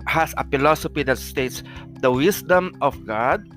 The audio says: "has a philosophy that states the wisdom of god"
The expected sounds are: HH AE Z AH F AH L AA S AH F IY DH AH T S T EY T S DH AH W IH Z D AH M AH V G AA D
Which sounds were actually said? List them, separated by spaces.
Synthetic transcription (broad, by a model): HH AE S AH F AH L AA S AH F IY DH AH T S T EY T S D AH W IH S D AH M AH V G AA D